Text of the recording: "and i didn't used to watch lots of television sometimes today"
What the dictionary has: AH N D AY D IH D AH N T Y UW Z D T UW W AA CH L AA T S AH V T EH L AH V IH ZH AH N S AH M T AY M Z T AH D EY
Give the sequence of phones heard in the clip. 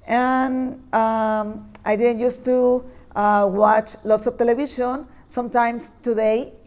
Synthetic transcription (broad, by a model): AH N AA AY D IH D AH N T Y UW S T UW W AA CH L AA T S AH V T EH L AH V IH SH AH N S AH M T AY M S T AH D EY